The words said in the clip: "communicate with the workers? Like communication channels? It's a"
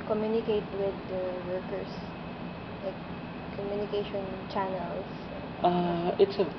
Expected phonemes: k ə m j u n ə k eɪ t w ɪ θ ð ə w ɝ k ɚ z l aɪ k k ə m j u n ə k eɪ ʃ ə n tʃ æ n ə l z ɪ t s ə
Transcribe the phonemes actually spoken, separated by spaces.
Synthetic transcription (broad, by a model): k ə m j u n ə k eɪ t w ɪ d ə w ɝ k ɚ s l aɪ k k ə m j u n ə k eɪ ʃ ə n tʃ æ n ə l s ɪ t s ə